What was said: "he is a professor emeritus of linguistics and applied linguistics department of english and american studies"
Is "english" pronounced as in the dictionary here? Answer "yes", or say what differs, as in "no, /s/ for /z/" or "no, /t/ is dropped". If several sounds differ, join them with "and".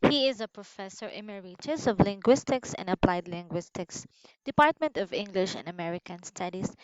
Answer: yes